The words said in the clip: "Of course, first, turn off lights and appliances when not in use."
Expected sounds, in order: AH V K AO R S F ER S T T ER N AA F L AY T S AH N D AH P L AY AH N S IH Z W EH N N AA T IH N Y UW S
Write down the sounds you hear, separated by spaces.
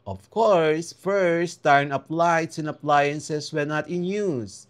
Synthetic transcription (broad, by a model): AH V K AO R S F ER S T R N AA P L AY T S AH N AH P L AY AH N S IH S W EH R N AA T IH N Y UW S